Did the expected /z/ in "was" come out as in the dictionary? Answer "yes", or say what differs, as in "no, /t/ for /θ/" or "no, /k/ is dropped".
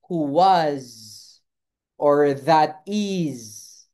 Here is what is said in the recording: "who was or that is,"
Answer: yes